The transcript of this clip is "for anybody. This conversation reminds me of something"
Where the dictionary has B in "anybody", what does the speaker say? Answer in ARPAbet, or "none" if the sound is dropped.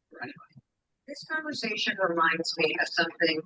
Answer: none